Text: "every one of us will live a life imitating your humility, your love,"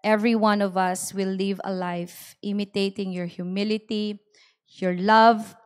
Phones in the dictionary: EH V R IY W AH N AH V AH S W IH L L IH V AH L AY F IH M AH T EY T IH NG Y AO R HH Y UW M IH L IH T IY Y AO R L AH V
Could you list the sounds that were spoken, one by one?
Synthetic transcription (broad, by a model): EH V R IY W AH N AH V AH S W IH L L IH V AH L AY F IH M AH T EY T IH NG Y AO R HH Y UW M IH L IH T IY Y AO R L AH V